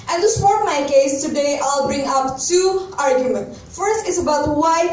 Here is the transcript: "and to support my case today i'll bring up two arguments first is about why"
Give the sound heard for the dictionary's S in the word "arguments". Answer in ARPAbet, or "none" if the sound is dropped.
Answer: none